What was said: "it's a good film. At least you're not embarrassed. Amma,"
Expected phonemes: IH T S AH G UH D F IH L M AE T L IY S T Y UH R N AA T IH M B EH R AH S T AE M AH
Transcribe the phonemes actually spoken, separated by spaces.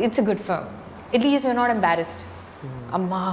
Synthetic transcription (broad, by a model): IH T S AH G UH D F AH M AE T L IY S T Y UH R N AA T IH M B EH R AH S T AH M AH